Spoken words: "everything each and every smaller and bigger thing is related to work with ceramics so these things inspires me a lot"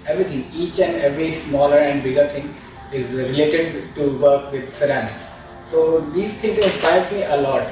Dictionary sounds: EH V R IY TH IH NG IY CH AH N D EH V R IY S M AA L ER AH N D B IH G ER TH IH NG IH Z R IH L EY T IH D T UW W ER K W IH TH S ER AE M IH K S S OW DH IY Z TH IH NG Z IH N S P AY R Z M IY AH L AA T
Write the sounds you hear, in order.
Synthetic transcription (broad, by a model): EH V R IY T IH NG IY CH AH N D EH V R IY S M AA L ER AH N D B IH G ER T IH NG IH Z R IH L EY T IH D T UW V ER K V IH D S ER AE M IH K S S OW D IY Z T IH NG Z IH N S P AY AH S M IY AH L AA T